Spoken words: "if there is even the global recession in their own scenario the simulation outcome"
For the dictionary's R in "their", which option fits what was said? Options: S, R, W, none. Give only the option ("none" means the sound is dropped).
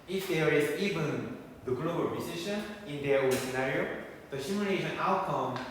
W